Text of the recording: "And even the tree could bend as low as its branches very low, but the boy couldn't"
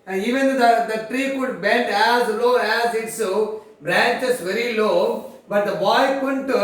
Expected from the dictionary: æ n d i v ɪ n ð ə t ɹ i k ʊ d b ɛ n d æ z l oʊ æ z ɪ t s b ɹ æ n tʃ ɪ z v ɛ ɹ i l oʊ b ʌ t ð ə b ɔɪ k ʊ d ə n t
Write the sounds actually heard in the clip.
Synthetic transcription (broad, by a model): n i v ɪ n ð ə t ɹ i k ʊ d b ɛ n d æ z l oʊ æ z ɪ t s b ɹ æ n tʃ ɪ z v ɛ ɹ i l oʊ b ʌ t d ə b ɔɪ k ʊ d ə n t